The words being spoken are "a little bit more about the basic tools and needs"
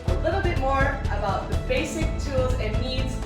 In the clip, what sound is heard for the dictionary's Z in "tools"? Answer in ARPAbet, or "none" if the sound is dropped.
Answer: Z